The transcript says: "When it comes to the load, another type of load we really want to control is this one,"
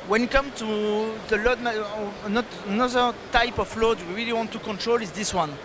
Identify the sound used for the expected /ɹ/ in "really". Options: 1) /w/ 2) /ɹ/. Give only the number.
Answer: 2